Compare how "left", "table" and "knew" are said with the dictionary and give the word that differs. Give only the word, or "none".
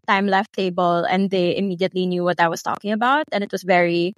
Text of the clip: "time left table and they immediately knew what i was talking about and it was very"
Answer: none